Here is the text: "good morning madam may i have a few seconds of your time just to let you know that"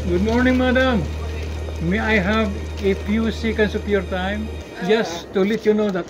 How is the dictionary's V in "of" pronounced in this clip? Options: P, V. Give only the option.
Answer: P